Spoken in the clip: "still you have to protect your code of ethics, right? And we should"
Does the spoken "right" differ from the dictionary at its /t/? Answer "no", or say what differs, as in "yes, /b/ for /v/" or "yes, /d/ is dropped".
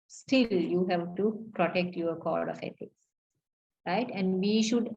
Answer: no